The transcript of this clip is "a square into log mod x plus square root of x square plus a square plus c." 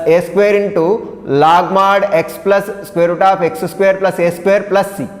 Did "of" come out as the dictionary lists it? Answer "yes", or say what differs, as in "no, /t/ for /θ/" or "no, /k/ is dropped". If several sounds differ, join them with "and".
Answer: no, /p/ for /v/